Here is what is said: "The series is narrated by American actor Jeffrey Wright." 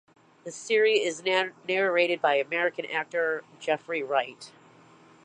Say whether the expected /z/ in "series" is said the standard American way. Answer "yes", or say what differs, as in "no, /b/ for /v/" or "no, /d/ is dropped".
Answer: no, /z/ is dropped